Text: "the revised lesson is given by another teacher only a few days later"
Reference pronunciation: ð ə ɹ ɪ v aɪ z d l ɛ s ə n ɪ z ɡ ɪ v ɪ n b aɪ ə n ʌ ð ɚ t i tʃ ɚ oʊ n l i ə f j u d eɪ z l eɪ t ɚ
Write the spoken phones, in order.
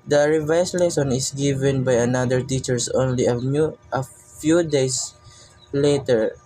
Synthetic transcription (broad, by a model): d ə ɹ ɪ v aɪ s l ɛ s ə n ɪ s ɡ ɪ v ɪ n b aɪ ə n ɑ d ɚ t i tʃ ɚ oʊ n l i ə f j u d eɪ s l eɪ t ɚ